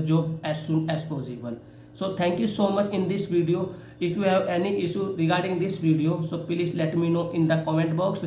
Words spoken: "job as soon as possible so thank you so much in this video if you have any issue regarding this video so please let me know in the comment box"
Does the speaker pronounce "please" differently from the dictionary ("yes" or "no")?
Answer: yes